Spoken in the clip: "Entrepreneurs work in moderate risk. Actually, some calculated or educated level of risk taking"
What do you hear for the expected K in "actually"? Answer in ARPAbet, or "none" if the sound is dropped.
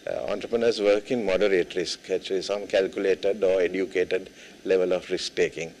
none